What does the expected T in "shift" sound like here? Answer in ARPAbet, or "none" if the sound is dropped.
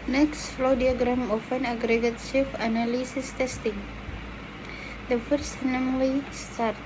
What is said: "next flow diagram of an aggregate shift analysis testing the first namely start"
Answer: none